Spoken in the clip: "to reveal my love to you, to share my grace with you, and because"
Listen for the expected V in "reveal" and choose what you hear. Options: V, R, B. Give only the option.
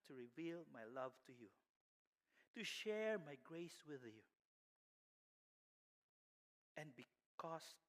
V